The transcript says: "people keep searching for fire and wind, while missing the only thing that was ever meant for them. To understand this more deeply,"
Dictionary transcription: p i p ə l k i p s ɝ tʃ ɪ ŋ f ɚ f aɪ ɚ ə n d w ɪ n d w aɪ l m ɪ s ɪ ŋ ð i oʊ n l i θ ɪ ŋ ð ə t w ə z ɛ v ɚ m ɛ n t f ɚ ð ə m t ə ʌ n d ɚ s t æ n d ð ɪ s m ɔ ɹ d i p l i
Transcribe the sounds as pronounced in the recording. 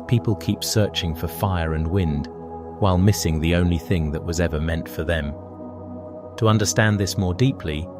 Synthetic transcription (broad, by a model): p i p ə l k i p s ɝ tʃ ɪ ŋ f ɚ f aɪ ɚ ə n w ɪ n d w aɪ l m ɪ s ɪ ŋ ð i oʊ n l i θ ɪ ŋ ð ə t w ə z ɛ v ɚ m ɛ n t f ɚ ð ə m t ə ʌ n d ɚ s t æ n ð ɪ s m ɔ ɹ d i p l i